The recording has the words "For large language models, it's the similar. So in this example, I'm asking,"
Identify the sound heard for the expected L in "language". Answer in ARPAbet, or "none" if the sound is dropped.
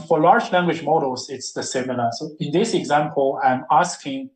L